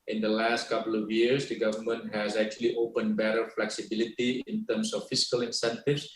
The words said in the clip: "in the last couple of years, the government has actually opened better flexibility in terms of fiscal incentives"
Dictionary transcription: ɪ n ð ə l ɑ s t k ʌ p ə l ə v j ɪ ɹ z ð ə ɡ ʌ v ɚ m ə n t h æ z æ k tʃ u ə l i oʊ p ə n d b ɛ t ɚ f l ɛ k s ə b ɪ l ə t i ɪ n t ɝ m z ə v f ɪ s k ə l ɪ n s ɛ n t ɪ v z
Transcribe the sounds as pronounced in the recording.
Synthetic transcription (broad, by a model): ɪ n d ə l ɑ s t k ʌ p ə l ə v j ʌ ɹ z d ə ɡ ʌ v ɚ m ə n t h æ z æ k tʃ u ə l i oʊ p ə n d b ɛ t ɚ f l ɛ k s ə b ɪ l ə t i ɪ n t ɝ m s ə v f ɪ s k ə l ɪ n s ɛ n t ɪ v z